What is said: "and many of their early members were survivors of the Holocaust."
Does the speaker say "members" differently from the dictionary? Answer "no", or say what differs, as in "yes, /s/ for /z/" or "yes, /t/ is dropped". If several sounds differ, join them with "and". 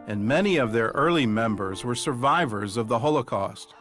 no